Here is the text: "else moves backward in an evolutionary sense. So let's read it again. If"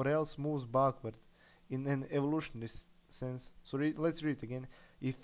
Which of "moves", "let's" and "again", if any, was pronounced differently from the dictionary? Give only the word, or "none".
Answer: none